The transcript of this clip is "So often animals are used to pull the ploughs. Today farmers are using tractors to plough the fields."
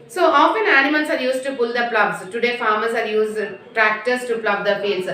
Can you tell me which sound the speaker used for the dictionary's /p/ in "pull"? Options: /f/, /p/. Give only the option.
/p/